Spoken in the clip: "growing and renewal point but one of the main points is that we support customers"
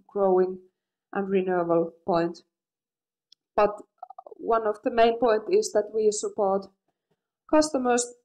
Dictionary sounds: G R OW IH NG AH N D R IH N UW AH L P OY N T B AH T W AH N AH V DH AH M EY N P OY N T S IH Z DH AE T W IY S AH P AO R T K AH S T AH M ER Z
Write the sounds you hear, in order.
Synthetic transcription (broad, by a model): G R OW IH NG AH N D R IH N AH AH L P OY N T B AH T W AH N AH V DH AH M EY N P OY N T IH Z DH AE T W IY S AH P AO R T K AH S T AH M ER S